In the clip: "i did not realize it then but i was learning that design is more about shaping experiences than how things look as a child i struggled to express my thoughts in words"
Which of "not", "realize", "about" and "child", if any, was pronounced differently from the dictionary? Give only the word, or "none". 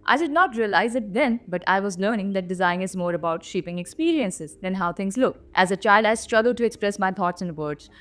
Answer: none